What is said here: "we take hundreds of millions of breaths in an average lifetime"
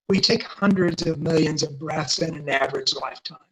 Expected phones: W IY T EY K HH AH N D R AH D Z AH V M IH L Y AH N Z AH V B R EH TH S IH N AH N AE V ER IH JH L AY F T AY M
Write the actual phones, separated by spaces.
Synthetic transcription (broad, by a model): W IY T EY K HH AH N D R AH D Z AH V M IH L Y AH N Z AH V B R EH TH S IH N AH N AE V ER IH JH L AY F T AY M